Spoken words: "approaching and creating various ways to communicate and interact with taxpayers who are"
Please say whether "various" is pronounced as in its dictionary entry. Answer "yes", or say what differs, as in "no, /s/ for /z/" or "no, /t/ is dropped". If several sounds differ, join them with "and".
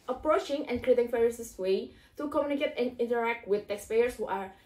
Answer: no, /f/ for /v/